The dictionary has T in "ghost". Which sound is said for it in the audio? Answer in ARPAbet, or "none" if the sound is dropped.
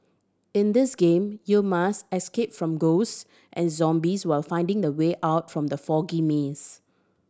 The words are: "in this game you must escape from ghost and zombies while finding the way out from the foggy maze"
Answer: T